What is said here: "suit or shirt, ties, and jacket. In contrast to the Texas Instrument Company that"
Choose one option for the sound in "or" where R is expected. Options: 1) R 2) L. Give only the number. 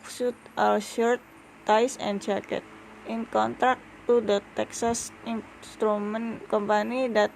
2